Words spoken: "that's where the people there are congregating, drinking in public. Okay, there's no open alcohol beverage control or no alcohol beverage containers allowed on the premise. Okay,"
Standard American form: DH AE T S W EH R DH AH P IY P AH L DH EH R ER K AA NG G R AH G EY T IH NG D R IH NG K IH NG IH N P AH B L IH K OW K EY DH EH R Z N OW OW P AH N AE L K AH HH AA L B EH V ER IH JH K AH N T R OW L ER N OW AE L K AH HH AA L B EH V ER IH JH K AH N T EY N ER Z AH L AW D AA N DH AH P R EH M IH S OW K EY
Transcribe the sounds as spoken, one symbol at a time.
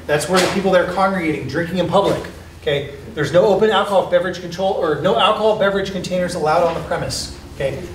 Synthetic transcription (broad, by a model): DH AE T S W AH R DH AH P IY P L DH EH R ER K AA NG G R AH G EY T IH NG D R IH NG K IH NG IH N P AH B L IH K OW K EY DH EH R Z N OW OW P AH N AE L K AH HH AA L B EH V ER IH JH K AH N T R OW L ER N OW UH L K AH HH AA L B EH V ER IH JH K AH N T EY N ER Z AH L AW D N DH AH P R EH M IH S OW K EY